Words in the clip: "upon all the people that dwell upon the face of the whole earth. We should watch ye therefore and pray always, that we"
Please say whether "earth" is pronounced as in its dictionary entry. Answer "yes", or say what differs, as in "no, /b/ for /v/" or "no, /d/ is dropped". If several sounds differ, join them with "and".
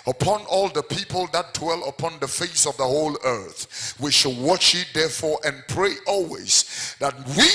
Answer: yes